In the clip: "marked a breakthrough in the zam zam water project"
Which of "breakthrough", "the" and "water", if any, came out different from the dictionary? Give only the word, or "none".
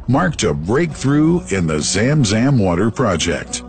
none